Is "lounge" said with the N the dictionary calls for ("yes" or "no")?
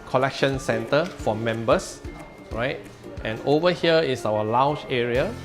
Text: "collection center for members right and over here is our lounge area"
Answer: no